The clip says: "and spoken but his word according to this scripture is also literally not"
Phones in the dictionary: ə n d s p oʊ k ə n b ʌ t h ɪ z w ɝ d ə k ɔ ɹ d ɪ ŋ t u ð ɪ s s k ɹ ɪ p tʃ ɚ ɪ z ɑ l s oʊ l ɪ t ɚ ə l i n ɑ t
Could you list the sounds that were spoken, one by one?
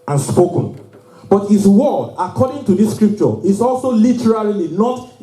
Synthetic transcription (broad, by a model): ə n s p oʊ k ə n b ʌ t h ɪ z w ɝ d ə k ɔ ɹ d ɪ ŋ t u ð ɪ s s k ɹ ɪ p tʃ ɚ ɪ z ɑ l s oʊ l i t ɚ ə l i n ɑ t